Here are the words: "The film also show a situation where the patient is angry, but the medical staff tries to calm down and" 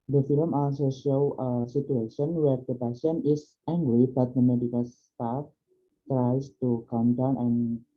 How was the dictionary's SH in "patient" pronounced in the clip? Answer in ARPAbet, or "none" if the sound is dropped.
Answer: S